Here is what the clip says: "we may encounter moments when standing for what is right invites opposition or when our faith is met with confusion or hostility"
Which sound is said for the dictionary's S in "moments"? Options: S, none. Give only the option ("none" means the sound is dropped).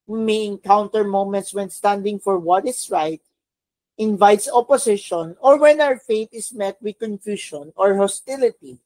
S